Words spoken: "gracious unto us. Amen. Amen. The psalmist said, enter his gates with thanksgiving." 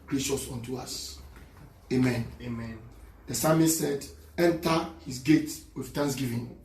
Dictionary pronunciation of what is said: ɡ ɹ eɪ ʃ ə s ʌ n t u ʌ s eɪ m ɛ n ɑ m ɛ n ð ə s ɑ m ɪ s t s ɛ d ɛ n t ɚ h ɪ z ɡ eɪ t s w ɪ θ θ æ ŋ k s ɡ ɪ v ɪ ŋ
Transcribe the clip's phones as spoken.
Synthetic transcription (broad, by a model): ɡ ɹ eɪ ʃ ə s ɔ n t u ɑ s eɪ m ɛ n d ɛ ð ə s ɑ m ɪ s s ɛ d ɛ n t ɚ h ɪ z ɡ eɪ t w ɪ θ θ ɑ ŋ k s ɡ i v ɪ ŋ